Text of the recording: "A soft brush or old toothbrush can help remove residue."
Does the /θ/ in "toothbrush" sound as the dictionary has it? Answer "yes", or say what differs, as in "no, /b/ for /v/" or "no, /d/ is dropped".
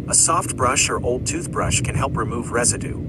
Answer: yes